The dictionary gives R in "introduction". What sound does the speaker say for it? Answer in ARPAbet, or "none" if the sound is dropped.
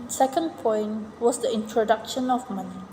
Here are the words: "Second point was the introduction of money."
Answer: R